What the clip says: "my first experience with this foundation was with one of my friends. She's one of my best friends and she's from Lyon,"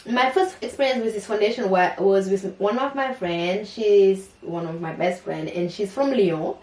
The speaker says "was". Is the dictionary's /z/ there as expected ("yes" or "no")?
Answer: yes